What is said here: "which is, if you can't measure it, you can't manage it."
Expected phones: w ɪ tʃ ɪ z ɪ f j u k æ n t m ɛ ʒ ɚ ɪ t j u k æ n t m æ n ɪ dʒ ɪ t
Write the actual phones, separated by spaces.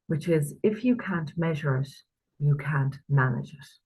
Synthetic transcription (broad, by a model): w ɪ tʃ ɪ z ɪ f j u k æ n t m ɛ ʒ ɚ ɪ t j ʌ k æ n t m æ n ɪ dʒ ɪ t